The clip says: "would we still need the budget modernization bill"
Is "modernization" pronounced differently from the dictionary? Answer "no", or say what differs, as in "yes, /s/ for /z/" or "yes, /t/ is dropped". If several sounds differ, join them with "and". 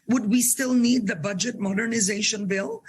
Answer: no